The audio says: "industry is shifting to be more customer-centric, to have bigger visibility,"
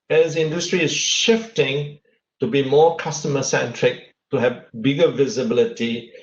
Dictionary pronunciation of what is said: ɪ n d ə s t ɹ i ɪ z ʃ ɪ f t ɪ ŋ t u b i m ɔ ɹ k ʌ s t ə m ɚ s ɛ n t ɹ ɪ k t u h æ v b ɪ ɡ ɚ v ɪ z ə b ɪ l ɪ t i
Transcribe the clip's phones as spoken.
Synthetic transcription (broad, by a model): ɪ n d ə s t ɹ i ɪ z ʃ ɪ f t ɪ ŋ t u b i m ɔ k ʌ s t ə m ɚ s ɛ n t ɹ ɪ k t u h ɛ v b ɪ ɡ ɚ v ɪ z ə b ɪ l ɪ t i